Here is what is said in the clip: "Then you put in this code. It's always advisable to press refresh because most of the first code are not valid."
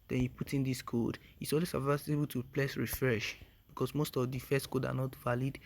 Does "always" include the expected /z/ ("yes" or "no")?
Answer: no